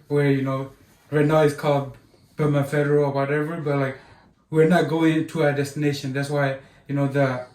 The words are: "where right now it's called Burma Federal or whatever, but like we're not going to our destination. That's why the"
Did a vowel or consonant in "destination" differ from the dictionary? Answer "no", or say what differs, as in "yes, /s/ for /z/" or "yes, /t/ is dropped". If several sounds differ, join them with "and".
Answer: no